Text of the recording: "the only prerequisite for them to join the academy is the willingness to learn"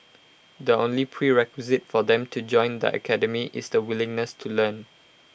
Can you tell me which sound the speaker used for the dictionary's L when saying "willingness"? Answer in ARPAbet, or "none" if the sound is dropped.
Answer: L